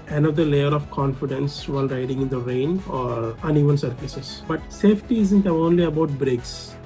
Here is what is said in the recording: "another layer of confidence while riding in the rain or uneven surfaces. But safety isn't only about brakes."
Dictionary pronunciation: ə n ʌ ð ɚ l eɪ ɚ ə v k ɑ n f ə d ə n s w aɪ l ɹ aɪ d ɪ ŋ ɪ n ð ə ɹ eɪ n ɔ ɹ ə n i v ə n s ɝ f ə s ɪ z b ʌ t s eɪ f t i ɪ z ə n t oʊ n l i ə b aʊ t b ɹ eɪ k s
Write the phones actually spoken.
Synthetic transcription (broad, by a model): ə n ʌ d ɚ l eɪ ɚ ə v k ɑ n f ə d ə n s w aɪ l ɹ aɪ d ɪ ŋ ɪ n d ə ɹ eɪ n ɔ ɹ ə n i v ə n s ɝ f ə s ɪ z b ʌ t s eɪ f t i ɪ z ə n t oʊ n l i ə b aʊ t b ɹ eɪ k s